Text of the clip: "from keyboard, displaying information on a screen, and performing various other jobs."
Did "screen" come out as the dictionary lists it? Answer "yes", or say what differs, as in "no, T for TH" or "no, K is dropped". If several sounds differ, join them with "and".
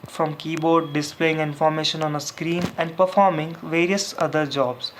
yes